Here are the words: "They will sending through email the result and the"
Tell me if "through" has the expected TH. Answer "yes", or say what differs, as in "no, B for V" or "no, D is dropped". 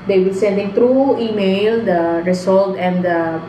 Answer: no, T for TH